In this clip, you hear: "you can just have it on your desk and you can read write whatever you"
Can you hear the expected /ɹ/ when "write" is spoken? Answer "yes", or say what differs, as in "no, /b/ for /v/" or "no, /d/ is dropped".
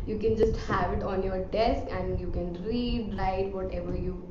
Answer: no, /l/ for /ɹ/